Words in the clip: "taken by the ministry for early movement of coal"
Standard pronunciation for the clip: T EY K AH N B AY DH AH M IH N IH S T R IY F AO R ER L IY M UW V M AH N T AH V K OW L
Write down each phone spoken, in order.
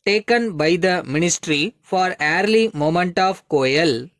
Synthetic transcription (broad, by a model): T EY K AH N B AY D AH M IH N IH S T R IY F AO R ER L IY M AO M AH N T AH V K OW L